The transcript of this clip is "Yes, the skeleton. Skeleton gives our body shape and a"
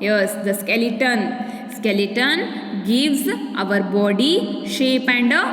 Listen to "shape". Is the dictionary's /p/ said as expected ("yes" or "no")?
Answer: yes